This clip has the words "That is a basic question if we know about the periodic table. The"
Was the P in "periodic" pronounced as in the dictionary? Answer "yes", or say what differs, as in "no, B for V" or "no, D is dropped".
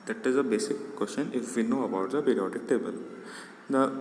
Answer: no, B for P